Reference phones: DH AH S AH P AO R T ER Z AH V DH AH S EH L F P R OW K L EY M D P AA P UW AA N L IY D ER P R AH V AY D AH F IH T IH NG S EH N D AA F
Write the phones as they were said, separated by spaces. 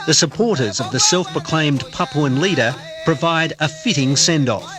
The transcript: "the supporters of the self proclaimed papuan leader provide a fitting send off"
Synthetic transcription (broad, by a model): DH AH S AH P AO R T ER Z AH V DH AH S EH L F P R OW K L EY M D P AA P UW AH N L IY D ER P R AH V AY D AH F IH T IH NG S EH N D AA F